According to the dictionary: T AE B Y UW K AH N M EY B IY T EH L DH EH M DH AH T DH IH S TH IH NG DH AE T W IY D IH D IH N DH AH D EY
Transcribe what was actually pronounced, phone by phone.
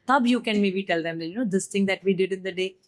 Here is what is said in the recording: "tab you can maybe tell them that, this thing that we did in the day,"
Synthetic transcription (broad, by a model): T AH B Y UW K AH N M EY B IY T EH L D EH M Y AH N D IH S T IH NG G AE T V IY D IH D IH N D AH D EY